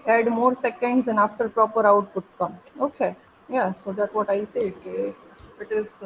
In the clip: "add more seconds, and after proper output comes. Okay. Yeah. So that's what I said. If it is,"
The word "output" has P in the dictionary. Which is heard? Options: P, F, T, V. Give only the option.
F